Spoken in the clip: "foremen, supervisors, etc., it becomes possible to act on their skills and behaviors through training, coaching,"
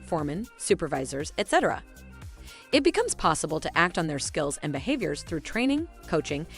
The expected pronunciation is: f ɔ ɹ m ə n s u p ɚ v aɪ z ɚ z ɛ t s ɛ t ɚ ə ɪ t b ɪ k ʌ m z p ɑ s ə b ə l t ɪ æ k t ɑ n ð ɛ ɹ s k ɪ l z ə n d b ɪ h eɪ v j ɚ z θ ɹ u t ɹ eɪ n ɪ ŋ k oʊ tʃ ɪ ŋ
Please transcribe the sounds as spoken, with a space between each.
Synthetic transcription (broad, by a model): f ɔ ɹ m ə n s u p ɚ v aɪ z ɚ z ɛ t s ɛ t ɚ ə ɪ t b ɪ k ʌ m z p ɑ s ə b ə l t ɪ æ k t n ð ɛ ɹ s k ɪ l z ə n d b ɪ h eɪ v j ɚ z θ ɹ u t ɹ eɪ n ɪ ŋ k oʊ tʃ ɪ ŋ